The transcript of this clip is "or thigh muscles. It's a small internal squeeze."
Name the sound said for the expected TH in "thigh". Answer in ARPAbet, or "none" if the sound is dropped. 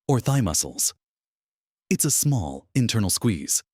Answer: TH